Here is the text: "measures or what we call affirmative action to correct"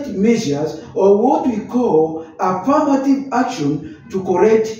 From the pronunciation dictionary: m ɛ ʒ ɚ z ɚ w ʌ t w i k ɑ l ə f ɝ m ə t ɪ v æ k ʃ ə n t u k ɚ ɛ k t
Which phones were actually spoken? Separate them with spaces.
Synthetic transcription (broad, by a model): m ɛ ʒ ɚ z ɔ w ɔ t w i k ɑ l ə p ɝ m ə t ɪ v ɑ k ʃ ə n t u k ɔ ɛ k t